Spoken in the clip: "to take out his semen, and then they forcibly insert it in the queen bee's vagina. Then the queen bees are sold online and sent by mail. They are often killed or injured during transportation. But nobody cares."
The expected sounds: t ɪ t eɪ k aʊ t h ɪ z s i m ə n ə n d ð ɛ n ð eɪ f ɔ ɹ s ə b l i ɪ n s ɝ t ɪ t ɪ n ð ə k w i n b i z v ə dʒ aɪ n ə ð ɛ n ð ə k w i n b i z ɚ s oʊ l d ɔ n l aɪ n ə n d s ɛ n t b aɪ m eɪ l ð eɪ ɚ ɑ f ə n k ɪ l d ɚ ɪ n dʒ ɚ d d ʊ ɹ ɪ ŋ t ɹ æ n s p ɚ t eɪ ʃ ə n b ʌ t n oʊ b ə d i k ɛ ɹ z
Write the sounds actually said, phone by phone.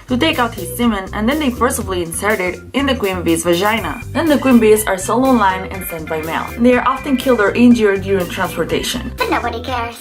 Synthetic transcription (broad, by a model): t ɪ t eɪ k aʊ t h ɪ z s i m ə n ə n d ð ɛ n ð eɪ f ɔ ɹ s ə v l i ɪ n s ɝ t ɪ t ɪ n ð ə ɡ w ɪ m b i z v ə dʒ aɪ n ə ð ɛ n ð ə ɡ w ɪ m b i z ɚ s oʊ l ɔ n l aɪ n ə n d s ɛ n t b aɪ m eɪ l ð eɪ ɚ ɑ f ə n k ɪ l d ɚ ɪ n dʒ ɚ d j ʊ ɹ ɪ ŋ t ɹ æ n s p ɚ t eɪ ʃ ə n b ʌ t n oʊ b ə d i k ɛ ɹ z